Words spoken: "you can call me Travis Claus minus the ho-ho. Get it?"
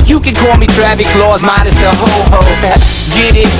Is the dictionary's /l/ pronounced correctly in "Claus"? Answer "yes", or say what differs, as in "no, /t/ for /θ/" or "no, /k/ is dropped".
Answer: yes